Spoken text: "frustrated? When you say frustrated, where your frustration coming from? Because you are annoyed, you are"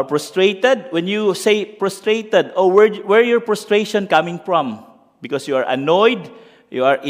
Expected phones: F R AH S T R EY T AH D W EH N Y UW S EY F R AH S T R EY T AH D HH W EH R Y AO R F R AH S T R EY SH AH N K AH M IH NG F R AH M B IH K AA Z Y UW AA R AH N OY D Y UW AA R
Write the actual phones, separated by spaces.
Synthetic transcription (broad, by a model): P R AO S T R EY T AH D W EH N Y UW S EY P R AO S T R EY T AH D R W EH R Y AO R P R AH S T R EY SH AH N K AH M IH NG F R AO M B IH K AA S Y UW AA R AH N OY D Y UW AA R